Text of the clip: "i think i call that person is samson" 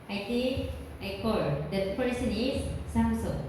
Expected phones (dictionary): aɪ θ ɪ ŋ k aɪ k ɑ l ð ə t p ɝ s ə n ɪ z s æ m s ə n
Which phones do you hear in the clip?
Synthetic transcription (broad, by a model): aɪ t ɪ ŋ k aɪ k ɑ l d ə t p ɝ s ə n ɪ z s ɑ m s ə